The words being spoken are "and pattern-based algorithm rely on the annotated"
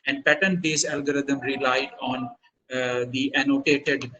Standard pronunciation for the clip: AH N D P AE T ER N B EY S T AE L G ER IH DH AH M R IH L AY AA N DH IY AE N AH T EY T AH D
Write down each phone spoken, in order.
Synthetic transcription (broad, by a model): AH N D P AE T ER N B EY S AE L G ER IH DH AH M R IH L AY AA N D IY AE N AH T EY T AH D